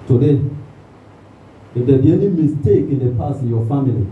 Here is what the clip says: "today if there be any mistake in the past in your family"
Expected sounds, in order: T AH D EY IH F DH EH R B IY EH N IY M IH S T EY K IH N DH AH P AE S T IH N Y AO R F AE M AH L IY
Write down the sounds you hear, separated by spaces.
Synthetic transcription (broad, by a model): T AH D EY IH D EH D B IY EH N IY M IH S T EY K IH N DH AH P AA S IH N Y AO F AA M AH L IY